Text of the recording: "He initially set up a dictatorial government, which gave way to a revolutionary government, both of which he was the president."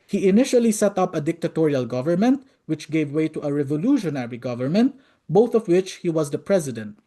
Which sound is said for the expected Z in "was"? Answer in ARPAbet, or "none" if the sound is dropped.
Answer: Z